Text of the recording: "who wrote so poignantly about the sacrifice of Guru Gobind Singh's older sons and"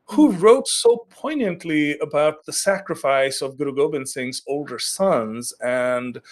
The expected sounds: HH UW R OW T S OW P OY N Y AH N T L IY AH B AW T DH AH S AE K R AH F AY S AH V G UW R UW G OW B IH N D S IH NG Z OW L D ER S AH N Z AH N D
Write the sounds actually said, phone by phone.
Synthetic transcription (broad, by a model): HH UW R OW T S OW P OY N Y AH N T L IY AH B AW T DH AH S AE K R AH F AY S AH V G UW R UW G OW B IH N S IH NG Z OW L D ER S AH N Z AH N D